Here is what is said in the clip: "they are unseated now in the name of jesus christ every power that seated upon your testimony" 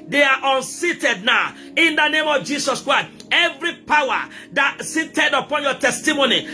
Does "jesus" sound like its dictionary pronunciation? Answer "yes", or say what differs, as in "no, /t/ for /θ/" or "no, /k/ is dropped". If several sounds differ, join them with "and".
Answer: no, /s/ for /z/